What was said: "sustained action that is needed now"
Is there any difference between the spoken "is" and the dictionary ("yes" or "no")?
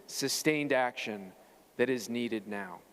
no